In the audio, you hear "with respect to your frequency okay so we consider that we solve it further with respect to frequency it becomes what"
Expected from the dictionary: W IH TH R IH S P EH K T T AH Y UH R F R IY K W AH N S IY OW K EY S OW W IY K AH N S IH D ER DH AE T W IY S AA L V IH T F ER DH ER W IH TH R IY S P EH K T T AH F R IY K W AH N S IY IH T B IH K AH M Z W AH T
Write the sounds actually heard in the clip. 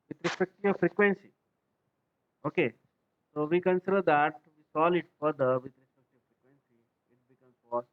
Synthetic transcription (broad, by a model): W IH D R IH S P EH K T T AH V F R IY K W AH N S IY OW K EY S OW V IY K AH N S IH D ER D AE T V IY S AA L IH T F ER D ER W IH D R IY S P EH K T T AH F R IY K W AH N S IY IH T B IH K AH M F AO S